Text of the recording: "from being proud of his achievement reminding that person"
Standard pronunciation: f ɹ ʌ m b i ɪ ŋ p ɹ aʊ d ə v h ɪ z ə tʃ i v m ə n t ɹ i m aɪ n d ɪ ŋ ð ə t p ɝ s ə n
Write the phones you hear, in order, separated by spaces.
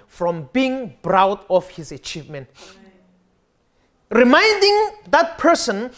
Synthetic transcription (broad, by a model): f ɹ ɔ m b i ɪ ŋ b ɹ aʊ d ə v h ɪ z ə tʃ i v m ə n t ɹ i m aɪ n d ɪ ŋ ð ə t p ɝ s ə n